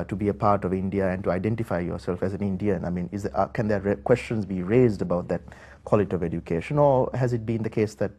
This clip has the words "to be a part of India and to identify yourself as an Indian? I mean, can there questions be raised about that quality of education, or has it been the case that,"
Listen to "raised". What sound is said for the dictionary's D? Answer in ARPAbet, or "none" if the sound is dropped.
D